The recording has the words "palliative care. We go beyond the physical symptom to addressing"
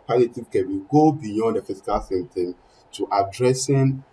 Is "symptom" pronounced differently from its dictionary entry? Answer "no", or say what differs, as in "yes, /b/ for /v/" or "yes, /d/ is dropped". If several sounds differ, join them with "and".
yes, /p/ is dropped